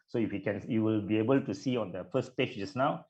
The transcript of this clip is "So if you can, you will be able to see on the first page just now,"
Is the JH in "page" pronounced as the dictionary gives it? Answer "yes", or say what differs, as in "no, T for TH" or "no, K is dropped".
no, CH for JH